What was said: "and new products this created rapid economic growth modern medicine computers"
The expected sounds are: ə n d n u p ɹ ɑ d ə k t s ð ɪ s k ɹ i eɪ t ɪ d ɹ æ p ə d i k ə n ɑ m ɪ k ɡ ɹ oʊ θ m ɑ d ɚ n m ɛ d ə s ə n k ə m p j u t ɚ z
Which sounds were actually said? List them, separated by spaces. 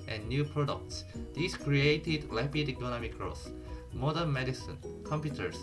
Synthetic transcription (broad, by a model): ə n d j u p ɹ ɑ d ə k t s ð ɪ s k ɹ i eɪ t ɪ d l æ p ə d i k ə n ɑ m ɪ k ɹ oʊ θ m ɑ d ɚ n m ɛ d ə s ə n k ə m p j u t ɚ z